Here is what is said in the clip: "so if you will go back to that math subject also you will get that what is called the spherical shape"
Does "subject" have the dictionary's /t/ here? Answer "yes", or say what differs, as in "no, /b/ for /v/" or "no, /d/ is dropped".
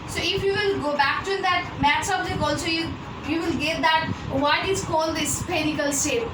no, /t/ is dropped